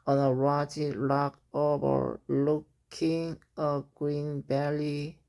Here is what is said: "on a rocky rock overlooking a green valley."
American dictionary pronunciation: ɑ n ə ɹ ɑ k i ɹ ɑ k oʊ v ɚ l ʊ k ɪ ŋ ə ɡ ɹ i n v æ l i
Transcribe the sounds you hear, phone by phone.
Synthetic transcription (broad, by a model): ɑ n ə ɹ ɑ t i l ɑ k oʊ v ɚ l ʊ k ɪ ŋ ə ɡ ɹ i n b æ l i